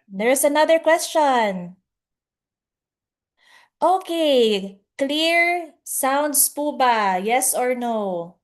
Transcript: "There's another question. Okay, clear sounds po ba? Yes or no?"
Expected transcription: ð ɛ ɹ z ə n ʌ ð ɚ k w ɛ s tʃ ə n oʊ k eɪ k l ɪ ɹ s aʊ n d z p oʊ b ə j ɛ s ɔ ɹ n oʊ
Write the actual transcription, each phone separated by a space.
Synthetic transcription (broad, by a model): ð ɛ ɹ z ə n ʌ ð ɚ k w ɛ s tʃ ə n oʊ k eɪ k l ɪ ɹ s aʊ n d s p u b ə j ɛ s ɔ ɹ n oʊ